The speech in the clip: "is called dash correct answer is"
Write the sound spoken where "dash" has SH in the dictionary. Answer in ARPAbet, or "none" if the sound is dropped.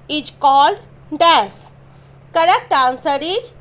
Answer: S